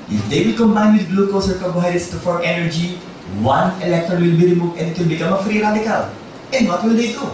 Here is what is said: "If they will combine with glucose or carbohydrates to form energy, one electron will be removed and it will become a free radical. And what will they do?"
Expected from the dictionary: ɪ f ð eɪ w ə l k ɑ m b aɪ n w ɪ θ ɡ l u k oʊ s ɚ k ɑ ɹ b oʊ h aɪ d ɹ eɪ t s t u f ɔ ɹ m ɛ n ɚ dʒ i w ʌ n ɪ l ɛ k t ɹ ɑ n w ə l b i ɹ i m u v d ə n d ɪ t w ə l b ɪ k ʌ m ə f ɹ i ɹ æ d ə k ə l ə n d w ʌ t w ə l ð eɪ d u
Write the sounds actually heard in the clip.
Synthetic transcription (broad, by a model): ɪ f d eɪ w ə l k ɑ m b aɪ n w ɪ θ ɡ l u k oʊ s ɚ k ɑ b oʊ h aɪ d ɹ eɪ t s t u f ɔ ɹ ɛ n ɚ dʒ i w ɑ n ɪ l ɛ k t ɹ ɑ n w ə l b i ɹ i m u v ə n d ɪ t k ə n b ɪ k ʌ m ə f ɹ i ɹ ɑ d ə k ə l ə n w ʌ t w ə l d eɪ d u